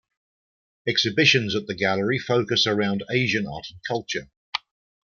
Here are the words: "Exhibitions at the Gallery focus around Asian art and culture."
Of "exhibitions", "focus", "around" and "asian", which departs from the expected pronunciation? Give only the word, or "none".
none